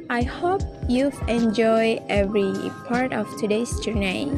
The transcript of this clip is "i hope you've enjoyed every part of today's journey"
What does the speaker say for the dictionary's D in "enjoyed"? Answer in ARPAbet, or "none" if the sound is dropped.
none